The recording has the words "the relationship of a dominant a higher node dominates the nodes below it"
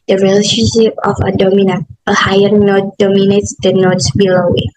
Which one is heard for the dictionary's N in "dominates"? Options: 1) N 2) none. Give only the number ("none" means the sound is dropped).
1